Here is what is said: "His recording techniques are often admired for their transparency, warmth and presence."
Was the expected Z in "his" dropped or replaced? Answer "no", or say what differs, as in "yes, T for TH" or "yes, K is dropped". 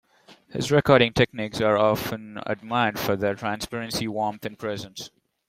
no